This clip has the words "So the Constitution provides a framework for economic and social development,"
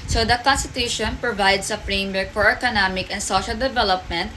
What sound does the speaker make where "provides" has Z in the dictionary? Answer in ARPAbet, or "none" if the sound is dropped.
S